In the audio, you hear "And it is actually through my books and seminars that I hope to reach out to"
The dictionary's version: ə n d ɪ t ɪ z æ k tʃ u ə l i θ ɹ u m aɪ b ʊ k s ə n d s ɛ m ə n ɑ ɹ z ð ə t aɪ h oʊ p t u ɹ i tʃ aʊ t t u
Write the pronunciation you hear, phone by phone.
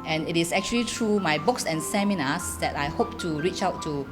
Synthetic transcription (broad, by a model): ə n ɪ t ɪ s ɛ k tʃ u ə l i t ɹ u m aɪ b ʊ k s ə n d s ɛ m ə n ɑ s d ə t aɪ h oʊ p t u ɹ i tʃ aʊ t t u